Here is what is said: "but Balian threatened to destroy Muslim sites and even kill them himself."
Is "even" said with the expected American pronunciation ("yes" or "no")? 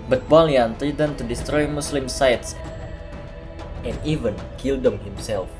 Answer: yes